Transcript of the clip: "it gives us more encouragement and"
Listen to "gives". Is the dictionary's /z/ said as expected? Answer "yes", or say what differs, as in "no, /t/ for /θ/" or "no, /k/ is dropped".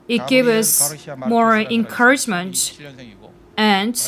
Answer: no, /z/ is dropped